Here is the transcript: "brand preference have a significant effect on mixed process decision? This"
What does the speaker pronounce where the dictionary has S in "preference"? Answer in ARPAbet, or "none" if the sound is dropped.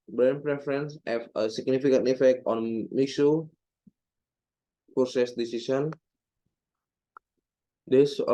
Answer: S